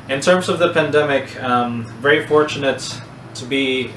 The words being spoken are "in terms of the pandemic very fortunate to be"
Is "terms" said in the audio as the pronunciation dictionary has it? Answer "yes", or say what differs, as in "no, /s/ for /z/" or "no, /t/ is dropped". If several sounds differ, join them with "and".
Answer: yes